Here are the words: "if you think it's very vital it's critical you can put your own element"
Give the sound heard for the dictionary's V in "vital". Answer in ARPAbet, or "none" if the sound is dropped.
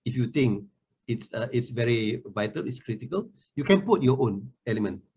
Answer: V